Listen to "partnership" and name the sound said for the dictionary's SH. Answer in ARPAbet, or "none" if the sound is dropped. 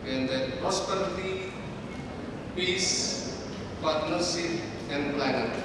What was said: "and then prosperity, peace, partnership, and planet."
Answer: S